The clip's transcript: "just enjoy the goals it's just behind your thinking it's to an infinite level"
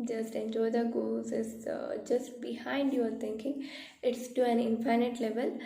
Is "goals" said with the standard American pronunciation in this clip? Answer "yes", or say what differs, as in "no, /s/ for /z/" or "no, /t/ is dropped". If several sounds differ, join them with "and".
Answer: no, /l/ is dropped